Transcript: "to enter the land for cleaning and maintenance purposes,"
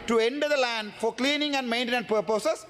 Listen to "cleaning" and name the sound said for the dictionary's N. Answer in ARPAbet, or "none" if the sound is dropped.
N